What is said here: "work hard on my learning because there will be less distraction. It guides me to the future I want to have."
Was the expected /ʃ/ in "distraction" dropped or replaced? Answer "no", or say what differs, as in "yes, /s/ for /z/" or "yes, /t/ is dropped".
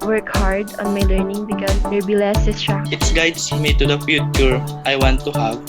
yes, /ʃ/ is dropped